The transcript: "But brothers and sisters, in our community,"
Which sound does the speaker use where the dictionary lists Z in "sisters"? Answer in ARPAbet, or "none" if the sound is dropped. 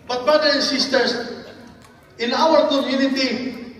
S